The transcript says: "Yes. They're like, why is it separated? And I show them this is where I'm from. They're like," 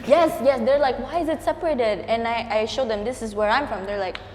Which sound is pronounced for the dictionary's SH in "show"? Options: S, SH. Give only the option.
SH